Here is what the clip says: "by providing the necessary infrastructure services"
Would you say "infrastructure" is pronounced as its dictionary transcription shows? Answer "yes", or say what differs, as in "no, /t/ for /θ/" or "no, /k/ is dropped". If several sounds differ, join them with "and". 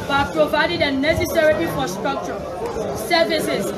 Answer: no, /n/ is dropped and /ɹ/ is dropped